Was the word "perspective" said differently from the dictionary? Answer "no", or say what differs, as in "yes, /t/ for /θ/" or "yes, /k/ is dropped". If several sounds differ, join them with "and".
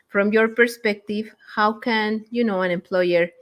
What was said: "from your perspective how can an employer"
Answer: no